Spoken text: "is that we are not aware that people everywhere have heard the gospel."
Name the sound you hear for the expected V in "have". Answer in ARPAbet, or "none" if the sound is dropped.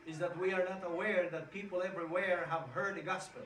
V